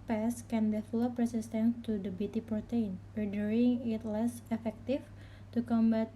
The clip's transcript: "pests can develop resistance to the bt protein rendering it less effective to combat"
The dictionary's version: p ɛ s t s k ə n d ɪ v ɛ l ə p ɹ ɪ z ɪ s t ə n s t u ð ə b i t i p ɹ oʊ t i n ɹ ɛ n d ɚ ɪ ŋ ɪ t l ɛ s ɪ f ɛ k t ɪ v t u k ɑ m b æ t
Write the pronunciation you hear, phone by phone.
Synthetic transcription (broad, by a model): p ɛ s s k ə n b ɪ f l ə p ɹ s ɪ s t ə n t u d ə b i t i p ɹ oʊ t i n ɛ d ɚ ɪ ŋ ɪ t l ɛ s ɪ f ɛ k t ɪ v t u k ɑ m b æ t